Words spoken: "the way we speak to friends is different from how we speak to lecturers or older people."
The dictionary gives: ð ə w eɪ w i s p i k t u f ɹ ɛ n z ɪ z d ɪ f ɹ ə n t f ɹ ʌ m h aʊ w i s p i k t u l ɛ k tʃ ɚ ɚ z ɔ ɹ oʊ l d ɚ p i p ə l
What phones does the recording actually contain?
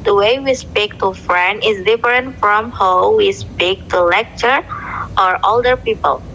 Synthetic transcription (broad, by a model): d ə w eɪ w i s p i k t u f ɹ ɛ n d ɪ z d ɪ f ɹ ə n t f ɹ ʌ m h aʊ w i s p i k t u l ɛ k tʃ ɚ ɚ ɔ ɹ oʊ l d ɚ p i p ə l